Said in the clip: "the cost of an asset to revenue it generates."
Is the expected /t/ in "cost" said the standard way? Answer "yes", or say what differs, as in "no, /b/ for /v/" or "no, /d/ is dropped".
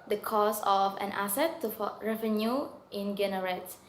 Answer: no, /t/ is dropped